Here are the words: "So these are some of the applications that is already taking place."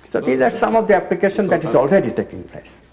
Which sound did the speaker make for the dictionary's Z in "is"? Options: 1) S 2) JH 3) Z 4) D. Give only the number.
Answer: 3